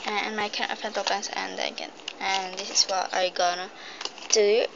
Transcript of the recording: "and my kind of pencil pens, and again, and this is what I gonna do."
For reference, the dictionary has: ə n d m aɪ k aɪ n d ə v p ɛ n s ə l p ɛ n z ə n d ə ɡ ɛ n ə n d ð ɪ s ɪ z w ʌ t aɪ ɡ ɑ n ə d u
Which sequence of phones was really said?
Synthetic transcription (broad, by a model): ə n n m aɪ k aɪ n ə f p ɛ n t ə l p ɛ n s ə n d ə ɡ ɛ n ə n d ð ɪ s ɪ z w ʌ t aɪ ɡ ɑ n ə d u